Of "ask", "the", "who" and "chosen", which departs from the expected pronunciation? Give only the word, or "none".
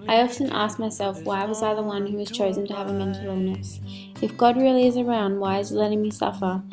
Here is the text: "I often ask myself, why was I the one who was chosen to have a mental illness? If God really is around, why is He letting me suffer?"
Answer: none